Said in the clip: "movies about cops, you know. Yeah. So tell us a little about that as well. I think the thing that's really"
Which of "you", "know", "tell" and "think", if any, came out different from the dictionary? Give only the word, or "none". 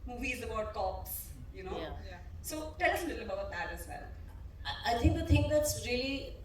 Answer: think